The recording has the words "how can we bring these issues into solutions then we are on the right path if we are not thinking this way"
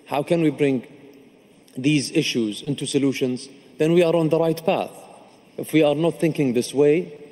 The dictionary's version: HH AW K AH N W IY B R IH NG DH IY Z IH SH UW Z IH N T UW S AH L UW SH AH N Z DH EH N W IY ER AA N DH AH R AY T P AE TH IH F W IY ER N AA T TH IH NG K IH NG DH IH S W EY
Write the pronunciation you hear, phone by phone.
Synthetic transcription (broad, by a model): HH AW K AH N W IY B R IH NG DH IY Z IH SH UW Z IH N T UW S AH L UW SH AH N Z DH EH N W IY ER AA N DH AH R AY T P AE TH IH F W IY ER N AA T TH IH NG K IH NG DH IH S W EY